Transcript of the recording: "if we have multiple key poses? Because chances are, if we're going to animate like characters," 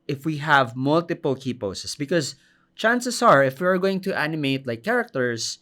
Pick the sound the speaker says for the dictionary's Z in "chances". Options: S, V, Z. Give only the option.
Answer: S